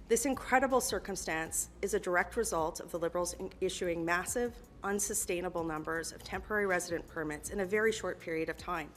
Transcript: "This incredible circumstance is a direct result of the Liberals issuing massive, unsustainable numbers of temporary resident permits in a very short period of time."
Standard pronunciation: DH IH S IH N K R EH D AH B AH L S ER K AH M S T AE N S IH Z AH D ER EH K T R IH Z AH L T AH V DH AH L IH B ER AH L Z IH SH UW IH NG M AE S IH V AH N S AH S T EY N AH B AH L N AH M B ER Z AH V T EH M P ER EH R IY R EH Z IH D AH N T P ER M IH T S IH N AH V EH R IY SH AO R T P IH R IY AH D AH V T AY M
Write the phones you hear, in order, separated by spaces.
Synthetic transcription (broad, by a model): DH IH S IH N K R EH D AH B L S ER K AH M S T AE N S IH Z AH D ER EH K T R IH Z AH L T AH V DH AH L IH B ER L Z IH SH UW IH NG M AE S IH V AH N S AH S T EY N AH B L N AH M B ER Z AH V T EH M P ER EH R IY R EH Z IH D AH N P ER M IH T S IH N AH V EH R IY SH AO R T P IH R IY AH D AH V T AY M